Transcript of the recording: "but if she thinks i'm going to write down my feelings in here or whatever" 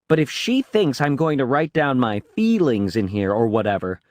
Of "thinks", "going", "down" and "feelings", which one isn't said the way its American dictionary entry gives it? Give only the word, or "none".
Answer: none